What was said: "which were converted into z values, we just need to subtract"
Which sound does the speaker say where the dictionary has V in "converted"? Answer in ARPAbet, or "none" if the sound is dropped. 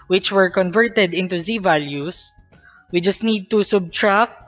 V